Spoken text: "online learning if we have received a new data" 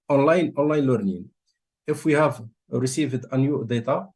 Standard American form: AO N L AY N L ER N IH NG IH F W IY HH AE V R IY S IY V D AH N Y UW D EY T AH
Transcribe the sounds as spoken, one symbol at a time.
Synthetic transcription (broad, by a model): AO N L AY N L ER N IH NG IH F W IY HH AE V R IY S IY V D AH N Y UW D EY T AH